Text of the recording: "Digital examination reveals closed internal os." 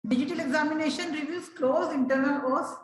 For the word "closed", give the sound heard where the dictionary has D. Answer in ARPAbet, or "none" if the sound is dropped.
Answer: none